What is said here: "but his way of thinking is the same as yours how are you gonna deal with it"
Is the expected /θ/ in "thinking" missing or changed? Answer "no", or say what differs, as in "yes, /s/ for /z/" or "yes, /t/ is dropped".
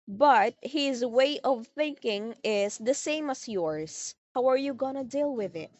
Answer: no